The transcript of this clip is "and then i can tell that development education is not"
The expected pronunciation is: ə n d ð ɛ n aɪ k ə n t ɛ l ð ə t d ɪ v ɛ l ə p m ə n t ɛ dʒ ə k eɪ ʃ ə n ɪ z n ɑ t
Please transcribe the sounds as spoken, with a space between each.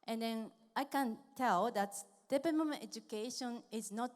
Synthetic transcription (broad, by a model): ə n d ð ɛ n aɪ k ə n t ɛ l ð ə t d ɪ p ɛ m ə m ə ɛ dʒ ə k eɪ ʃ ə n ɪ z n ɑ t